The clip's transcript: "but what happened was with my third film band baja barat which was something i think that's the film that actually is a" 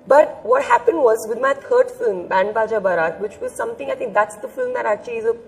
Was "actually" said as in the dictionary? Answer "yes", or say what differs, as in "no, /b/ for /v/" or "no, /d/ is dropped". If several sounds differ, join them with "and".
no, /l/ is dropped